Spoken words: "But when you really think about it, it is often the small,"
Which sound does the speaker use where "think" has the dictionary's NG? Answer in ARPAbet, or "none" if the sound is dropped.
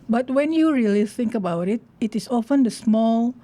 NG